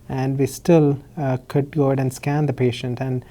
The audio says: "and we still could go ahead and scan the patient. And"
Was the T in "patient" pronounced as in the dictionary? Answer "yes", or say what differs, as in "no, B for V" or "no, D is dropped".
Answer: yes